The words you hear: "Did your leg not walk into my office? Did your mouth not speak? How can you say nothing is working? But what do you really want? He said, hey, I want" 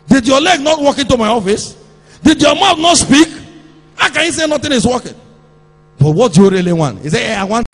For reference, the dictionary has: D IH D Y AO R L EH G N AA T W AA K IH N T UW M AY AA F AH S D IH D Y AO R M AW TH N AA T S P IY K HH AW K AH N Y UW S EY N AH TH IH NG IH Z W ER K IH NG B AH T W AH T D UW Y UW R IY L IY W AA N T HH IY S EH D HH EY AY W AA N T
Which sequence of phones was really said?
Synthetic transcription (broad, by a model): D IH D Y AO L EH G N AA T W AA K IH N T UW M AY AA F AH S D IH D Y AO M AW T N AA T S P IY K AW K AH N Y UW S EY N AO T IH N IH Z W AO K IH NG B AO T W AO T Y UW R IY L IY W AA N T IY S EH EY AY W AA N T